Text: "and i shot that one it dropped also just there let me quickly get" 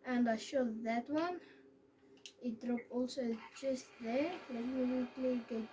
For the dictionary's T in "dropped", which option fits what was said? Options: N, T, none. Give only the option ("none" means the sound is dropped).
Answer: none